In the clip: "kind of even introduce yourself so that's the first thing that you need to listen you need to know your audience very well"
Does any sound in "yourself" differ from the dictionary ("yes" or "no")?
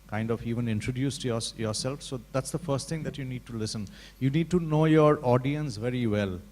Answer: no